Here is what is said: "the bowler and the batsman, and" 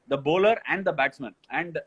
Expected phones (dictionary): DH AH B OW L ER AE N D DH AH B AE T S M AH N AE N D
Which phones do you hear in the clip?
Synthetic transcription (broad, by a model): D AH B OW L ER AE N D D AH B AE T S M AH N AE N D